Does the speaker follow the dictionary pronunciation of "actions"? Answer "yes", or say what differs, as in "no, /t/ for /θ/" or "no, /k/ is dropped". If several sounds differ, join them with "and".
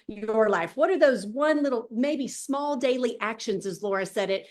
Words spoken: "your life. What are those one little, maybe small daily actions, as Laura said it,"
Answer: yes